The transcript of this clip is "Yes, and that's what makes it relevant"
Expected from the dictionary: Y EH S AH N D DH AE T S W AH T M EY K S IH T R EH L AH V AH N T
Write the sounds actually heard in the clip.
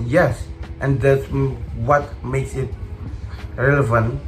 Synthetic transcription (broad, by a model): Y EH S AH N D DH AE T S W AH T M EY K S IH T R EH L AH V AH N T